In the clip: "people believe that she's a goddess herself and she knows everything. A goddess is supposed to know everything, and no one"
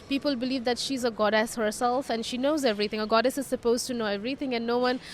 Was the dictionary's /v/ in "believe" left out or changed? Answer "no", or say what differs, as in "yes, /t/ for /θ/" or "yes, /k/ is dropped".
no